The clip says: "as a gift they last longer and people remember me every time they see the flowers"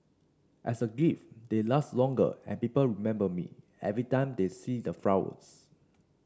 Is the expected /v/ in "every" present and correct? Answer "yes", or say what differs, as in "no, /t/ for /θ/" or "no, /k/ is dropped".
yes